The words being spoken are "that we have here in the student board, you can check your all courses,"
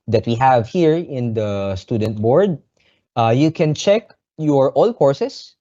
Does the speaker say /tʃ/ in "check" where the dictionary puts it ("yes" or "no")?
yes